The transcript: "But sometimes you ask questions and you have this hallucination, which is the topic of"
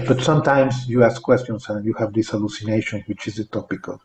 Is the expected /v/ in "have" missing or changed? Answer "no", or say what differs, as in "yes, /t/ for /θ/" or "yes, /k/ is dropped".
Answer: no